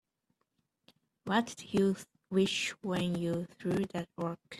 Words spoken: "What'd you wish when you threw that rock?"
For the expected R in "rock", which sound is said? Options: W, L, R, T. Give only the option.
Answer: W